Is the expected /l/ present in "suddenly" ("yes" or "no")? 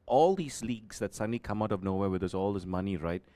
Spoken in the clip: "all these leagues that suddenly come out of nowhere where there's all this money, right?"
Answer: yes